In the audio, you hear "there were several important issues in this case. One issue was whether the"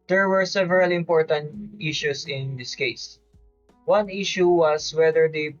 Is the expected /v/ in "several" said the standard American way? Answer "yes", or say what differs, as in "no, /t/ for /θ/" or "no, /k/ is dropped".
yes